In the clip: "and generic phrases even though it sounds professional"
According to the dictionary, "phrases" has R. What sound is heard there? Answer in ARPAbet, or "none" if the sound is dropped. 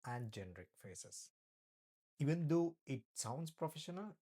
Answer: none